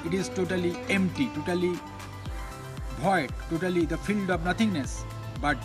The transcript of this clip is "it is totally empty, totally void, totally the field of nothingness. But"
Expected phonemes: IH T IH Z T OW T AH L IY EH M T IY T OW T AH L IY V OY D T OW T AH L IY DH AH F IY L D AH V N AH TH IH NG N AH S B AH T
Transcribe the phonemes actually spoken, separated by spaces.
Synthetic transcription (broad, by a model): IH T IH Z T OW T AH L IY EH M T IY T OW T AH L IY B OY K T OW T AH L IY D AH F IY L D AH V N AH T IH NG N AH S B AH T